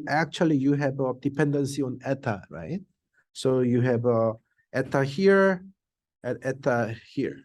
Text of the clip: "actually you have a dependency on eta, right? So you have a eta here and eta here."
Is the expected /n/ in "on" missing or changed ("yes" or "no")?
no